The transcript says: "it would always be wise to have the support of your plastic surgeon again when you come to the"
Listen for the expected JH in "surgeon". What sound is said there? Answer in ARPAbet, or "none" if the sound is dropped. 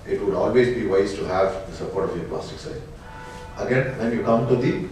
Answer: none